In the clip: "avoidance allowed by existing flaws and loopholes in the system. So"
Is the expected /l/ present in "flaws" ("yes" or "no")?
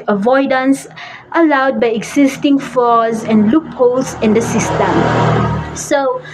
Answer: no